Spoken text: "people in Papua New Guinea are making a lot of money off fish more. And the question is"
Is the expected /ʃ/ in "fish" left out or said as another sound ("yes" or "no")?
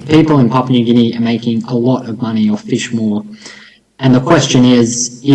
no